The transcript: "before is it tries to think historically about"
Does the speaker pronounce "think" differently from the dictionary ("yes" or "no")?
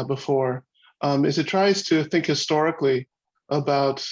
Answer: no